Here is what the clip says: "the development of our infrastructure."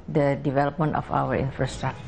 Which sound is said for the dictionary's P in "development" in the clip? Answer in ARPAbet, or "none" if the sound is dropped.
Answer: P